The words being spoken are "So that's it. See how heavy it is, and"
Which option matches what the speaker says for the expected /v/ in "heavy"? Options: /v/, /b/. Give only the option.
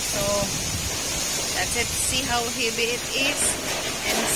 /b/